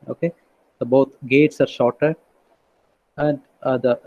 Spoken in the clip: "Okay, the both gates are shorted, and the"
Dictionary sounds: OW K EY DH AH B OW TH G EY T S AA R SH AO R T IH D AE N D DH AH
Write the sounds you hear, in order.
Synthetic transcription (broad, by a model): OW K EY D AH B OW T G EY T S AA R SH AO R T IH D AE N D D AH